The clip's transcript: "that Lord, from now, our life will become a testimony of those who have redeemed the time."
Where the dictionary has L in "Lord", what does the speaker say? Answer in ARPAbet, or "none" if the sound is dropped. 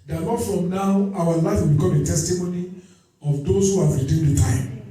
N